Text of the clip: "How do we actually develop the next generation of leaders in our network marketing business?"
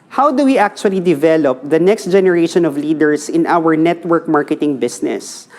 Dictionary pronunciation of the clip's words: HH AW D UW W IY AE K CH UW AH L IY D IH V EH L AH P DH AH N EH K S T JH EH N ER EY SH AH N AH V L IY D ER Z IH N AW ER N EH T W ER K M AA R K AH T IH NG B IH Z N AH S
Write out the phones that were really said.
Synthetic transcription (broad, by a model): HH AW D UW W IY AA K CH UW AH L IY D IH V EH L AH P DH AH N EH K S T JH EH N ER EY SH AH N AH V L IY D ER S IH N AW ER N EH T W ER K M AA R K AH T IH NG B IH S N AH S